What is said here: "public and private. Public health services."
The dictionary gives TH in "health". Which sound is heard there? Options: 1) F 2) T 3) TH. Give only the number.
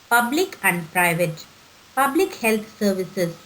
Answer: 2